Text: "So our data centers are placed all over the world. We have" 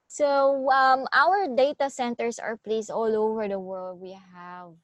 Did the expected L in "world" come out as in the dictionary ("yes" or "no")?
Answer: yes